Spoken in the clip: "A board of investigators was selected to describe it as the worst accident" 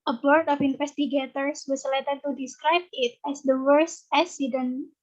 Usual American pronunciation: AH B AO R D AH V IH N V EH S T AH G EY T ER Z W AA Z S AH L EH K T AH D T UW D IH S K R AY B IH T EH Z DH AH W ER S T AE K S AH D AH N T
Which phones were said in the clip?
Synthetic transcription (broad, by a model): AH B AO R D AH F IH N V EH S T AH G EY T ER S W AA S L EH T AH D T UW D IH S K R AY B IH T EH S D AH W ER S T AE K S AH D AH N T